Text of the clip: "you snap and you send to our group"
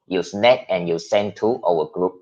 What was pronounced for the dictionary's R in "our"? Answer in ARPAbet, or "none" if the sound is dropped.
W